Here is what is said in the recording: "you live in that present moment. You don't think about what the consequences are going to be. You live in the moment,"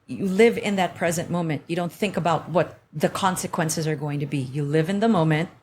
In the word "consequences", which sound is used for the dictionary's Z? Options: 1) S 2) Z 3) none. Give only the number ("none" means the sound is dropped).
2